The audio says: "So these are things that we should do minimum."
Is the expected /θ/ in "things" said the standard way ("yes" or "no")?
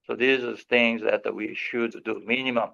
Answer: yes